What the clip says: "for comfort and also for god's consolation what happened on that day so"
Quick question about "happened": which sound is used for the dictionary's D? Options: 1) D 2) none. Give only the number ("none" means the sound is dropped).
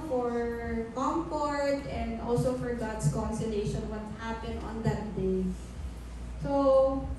2